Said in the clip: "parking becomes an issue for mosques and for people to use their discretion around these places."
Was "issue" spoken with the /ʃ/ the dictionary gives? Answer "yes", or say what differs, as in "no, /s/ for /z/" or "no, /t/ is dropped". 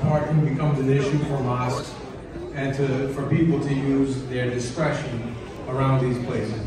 yes